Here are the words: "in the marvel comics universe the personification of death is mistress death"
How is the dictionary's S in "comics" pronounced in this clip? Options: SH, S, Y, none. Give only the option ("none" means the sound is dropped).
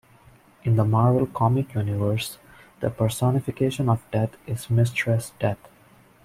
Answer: none